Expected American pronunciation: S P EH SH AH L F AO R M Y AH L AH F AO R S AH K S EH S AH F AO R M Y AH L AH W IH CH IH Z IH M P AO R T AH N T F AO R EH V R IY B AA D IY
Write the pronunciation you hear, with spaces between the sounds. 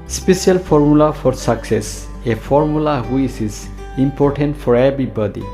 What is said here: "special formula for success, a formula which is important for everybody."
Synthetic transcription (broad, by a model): S P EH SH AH L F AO R M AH L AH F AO R S AH K S EH S AH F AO R M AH L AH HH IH S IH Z IH M P AO R T AH N T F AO R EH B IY B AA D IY